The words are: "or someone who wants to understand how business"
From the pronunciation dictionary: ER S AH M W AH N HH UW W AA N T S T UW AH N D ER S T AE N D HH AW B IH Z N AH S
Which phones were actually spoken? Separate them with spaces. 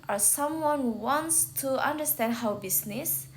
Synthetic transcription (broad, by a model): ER S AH M W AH N HH UW W AA N T S T UW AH N D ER S T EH N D HH AW B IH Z N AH S